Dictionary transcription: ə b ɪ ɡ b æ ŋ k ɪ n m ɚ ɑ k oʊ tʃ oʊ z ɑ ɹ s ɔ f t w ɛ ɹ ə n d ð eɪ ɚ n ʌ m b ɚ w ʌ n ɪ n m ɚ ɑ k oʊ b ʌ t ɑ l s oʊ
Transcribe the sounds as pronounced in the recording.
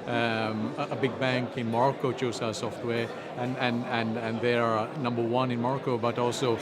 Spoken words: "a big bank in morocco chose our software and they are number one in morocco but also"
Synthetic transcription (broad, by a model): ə b ɪ ɡ b æ ŋ k ɪ n m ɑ k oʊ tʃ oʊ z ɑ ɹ s ɔ f t w ɛ ɹ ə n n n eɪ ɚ n ʌ m b ɚ w ʌ n ɪ n m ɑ k oʊ b ʌ t ɑ l s oʊ